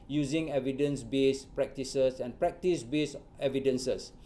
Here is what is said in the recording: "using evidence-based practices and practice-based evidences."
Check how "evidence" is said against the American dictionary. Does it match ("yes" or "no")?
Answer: yes